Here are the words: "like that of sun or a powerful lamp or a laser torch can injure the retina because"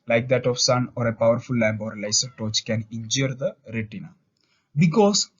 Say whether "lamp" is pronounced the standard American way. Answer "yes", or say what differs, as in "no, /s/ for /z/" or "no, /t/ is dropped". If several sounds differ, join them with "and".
no, /b/ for /p/